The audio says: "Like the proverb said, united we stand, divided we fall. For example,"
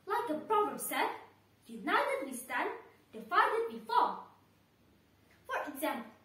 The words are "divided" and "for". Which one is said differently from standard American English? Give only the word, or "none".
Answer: divided